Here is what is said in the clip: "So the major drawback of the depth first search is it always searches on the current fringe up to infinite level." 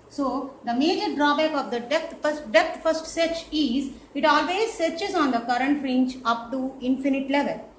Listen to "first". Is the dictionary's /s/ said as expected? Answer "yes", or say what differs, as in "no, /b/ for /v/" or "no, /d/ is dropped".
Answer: yes